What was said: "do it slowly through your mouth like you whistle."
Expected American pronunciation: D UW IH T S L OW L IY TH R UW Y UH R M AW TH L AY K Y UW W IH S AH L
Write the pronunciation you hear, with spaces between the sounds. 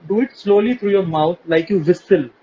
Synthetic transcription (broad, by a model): D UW IH T S L OW L IY T R UW Y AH R M AW T L AY K Y UW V IH S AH L